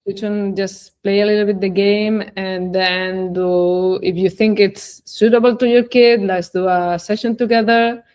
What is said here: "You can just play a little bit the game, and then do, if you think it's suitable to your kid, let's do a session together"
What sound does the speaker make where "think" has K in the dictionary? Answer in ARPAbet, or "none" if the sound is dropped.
K